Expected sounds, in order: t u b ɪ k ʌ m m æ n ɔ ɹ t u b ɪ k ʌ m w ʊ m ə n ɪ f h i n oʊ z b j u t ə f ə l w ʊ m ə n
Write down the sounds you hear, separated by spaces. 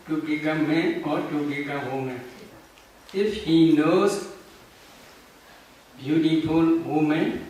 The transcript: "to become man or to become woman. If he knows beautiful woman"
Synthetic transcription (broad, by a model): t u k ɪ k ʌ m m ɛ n ɔ ɹ t u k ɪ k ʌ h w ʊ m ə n ɪ f h i n oʊ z b j u t ə f ə l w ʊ m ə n